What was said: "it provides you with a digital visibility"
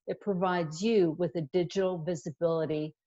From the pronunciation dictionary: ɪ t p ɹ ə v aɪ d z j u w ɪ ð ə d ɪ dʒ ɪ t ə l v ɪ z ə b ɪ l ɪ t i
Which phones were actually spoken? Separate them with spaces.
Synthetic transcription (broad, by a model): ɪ t p ɹ ə v aɪ d z j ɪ w ɪ ð ə d ɪ dʒ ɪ t l v ɪ z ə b ɪ l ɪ t i